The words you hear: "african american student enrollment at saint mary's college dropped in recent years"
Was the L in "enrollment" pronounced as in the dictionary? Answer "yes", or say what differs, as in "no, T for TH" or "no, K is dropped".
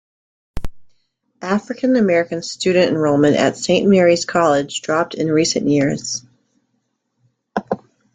no, L is dropped